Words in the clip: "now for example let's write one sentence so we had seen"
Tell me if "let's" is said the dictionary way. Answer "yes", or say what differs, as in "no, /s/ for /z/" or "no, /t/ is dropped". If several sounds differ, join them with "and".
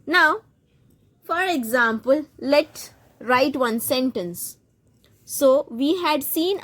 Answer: no, /s/ is dropped